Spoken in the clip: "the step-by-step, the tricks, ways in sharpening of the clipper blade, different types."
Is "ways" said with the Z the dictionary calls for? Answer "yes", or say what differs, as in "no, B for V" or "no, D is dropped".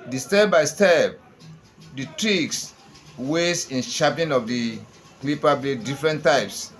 no, S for Z